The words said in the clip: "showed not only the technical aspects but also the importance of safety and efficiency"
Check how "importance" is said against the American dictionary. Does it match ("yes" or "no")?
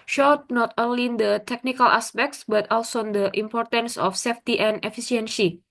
yes